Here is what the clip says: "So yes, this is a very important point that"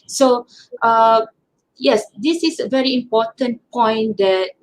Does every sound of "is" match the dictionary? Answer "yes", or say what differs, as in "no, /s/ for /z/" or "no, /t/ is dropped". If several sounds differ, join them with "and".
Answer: no, /s/ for /z/